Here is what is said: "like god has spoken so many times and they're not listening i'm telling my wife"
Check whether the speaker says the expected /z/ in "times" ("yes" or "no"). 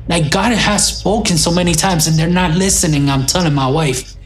yes